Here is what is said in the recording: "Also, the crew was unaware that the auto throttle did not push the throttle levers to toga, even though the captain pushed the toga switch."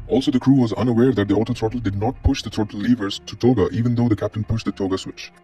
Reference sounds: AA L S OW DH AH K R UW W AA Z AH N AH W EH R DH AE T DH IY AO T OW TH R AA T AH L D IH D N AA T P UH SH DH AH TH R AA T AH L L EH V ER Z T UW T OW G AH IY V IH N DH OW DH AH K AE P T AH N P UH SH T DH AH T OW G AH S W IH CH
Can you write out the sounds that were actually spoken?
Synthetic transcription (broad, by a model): AA L S OW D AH K R UW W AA Z AH N AH W EH R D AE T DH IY AO T OW T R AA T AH L D IH D N AA T P UH SH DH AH T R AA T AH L L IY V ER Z T UW T OW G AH IY V IH N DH OW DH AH K AE P T AH N P UH SH T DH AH T OW G AH S W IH CH